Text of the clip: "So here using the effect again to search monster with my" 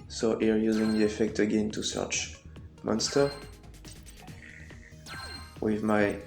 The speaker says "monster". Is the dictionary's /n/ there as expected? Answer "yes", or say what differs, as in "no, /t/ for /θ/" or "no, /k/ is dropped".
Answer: yes